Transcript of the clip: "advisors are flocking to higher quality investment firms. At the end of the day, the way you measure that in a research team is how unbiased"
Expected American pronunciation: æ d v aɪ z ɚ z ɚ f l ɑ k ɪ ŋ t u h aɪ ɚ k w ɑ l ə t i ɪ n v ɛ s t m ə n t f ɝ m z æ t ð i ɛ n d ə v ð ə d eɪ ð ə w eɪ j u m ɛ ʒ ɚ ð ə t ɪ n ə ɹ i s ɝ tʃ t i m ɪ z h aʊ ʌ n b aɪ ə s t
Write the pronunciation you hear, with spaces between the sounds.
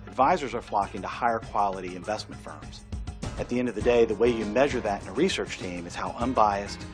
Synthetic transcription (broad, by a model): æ d v aɪ z ɚ z ɚ f l ɑ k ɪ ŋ t u h aɪ ɚ k w ɑ l ə t i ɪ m v ɛ s t m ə n t f ɝ m z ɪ t ð i ɛ n d ə v ð ə d eɪ ð ə w eɪ j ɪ m ɛ ʒ ɚ ð ə t ɪ n ə ɹ i s ɝ tʃ t i m ɪ z h aʊ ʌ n b aɪ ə s t